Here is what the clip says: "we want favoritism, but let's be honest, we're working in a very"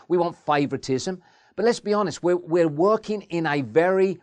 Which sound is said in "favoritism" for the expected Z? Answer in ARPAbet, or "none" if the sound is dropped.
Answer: Z